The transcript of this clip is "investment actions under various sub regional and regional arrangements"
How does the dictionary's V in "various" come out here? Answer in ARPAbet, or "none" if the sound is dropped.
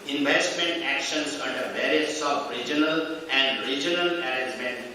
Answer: B